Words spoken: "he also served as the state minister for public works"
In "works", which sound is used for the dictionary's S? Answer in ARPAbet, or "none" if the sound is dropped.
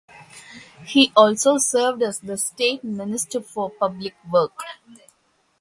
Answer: none